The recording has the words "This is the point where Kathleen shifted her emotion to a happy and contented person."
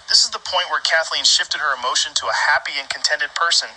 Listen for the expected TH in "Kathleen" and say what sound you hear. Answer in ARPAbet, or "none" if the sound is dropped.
TH